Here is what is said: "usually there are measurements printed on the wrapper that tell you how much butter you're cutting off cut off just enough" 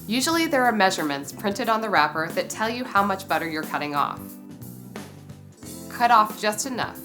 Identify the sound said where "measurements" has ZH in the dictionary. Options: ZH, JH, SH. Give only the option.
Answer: ZH